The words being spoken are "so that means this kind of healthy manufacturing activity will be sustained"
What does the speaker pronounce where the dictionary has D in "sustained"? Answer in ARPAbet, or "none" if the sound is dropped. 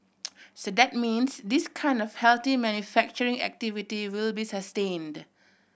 D